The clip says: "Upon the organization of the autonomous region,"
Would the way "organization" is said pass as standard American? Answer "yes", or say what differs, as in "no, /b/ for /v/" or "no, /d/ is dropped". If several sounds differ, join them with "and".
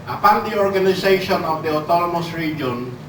no, /s/ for /z/